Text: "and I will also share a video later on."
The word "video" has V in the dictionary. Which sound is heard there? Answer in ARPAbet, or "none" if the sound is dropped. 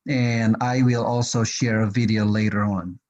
V